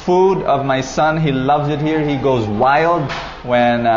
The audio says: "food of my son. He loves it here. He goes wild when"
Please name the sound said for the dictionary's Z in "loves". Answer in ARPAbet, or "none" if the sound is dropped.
Z